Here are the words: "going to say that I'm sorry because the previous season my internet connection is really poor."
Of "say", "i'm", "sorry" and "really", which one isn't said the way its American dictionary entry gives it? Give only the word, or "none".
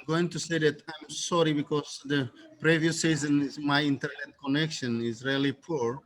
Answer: none